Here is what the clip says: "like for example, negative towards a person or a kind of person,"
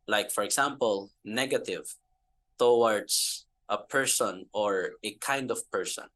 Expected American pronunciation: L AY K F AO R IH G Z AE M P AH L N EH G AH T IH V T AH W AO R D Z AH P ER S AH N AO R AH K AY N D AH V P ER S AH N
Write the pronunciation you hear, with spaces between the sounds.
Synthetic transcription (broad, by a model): L AY K F AO R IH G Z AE M P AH L N EH G AH T IH V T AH W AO R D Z AH P ER S AH N AO R AH K AY N D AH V P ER S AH N